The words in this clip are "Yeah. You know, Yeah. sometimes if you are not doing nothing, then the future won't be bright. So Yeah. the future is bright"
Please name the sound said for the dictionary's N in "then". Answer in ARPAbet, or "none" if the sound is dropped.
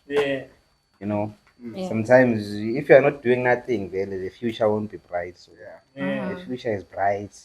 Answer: L